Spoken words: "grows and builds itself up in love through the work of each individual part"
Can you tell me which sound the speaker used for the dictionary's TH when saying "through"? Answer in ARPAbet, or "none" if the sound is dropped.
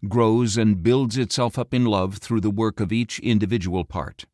TH